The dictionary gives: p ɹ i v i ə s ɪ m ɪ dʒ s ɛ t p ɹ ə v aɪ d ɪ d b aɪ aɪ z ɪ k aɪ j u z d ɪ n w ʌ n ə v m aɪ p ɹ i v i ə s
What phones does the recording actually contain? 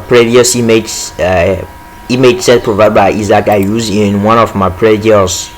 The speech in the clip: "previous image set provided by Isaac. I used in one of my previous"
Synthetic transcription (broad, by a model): p ɹ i v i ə s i m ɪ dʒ s ɛ t p ɹ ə v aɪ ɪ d b aɪ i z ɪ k aɪ j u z ɪ n w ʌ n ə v m aɪ p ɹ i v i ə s